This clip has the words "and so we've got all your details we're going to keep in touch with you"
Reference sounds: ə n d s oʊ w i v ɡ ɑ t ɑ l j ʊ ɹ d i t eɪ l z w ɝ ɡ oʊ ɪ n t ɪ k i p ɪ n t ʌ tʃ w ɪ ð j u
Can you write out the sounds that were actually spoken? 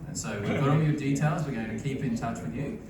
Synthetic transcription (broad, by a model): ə n s oʊ w i v ɡ ɑ t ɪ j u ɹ d i t eɪ l z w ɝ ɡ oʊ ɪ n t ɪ k i p ɪ n t ʌ tʃ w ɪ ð j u